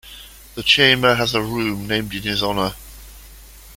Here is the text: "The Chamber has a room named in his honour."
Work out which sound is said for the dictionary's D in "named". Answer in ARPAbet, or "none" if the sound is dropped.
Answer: D